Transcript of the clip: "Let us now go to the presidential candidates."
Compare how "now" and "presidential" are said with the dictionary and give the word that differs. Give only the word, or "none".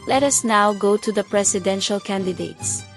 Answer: presidential